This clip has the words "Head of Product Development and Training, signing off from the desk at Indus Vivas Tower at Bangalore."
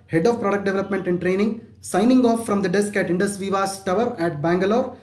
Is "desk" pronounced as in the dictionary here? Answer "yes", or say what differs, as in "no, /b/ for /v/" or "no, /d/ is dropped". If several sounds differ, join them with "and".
yes